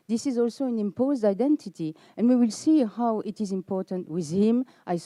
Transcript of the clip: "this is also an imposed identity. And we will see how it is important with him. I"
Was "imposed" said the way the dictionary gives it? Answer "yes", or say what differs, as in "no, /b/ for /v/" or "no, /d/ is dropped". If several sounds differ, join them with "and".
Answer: yes